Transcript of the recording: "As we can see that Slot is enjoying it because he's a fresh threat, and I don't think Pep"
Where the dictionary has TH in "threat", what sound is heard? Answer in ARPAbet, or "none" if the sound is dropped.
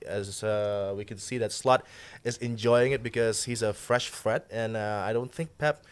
F